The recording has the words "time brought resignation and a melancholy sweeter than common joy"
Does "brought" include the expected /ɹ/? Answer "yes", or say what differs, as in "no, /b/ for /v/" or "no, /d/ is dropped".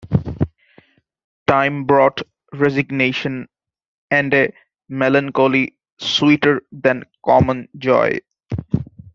yes